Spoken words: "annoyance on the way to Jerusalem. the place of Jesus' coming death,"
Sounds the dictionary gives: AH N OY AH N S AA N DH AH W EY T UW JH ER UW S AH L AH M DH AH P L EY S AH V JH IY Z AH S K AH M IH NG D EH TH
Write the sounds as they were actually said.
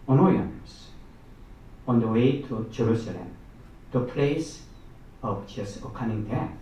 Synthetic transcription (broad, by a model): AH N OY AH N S AA N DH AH W EY T UW JH ER UW S AH L AH M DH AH P L EY S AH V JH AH S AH K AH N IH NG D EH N